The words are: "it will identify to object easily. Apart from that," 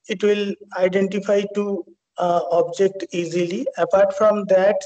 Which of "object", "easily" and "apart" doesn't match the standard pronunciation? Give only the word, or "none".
none